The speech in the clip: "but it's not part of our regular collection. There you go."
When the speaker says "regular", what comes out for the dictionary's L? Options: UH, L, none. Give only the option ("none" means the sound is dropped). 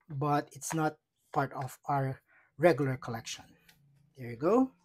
L